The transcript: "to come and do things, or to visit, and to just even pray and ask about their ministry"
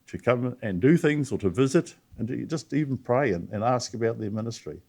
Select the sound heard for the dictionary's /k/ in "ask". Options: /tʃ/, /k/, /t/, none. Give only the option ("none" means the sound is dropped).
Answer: /k/